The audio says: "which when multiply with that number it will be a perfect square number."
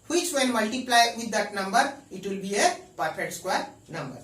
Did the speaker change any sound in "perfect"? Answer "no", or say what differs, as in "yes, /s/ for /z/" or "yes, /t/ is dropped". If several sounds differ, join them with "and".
yes, /k/ is dropped